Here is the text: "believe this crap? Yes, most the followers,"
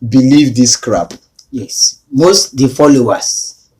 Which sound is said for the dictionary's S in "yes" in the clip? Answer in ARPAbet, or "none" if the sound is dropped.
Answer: S